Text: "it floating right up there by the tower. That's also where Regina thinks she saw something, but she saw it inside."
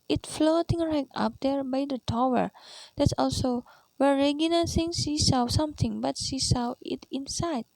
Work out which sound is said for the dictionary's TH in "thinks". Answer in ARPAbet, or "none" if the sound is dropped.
S